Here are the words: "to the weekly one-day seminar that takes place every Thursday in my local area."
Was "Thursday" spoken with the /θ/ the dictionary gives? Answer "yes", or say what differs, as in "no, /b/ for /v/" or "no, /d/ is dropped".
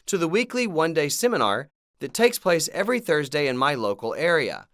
yes